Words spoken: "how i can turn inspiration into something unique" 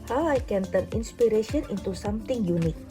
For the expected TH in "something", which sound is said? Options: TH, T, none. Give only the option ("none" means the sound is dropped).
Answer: T